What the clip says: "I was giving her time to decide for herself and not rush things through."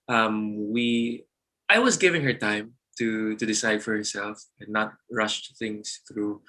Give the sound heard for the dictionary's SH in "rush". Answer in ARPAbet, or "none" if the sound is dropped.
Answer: SH